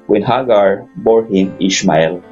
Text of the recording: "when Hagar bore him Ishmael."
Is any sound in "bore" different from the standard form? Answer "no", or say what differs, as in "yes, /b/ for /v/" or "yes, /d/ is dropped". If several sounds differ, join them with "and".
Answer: no